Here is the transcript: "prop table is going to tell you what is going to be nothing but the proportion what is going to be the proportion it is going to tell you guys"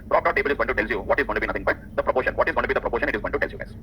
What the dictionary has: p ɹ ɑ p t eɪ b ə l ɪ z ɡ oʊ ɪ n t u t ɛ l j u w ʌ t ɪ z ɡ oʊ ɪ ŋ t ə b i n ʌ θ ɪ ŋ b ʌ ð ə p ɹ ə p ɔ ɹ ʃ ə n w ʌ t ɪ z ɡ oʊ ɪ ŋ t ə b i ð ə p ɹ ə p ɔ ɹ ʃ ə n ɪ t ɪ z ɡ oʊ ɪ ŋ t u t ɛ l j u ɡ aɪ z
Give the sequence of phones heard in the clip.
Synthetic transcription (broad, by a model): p ɹ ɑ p t eɪ b ə l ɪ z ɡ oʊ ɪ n t u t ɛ l j u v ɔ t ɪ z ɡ oʊ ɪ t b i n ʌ t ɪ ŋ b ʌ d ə p ɹ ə p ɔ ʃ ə n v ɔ t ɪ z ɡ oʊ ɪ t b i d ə p ɹ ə p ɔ ʃ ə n ɪ t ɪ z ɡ oʊ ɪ t u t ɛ l j u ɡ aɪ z